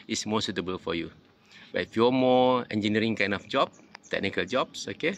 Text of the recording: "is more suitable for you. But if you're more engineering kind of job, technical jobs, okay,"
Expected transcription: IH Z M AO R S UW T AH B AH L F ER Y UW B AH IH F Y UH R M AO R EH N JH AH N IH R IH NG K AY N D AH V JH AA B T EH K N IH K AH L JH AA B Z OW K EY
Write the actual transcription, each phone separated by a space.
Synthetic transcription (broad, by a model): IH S M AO S UW T AH B AH L F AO Y UW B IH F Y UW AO M AO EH N JH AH N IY R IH NG K AY N D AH F JH AA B T EH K N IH K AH L JH AA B S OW K EY